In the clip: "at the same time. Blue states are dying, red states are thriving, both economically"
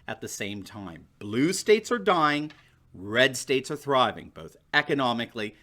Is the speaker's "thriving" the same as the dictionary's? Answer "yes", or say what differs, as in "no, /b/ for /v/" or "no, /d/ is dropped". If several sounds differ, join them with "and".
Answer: yes